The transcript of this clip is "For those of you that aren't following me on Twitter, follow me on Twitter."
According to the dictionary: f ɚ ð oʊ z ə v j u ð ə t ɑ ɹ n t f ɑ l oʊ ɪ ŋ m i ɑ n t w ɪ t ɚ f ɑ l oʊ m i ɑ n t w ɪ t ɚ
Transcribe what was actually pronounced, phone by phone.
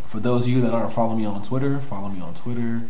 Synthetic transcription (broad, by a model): f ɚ ð oʊ z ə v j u ð ə t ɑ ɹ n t f ɑ l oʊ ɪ m i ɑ n t w ɪ t ɚ f ɑ l oʊ m i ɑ n t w ɪ t ɚ